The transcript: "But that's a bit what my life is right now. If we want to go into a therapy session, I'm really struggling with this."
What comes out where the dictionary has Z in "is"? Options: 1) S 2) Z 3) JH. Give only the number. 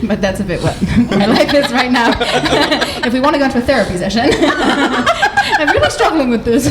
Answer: 1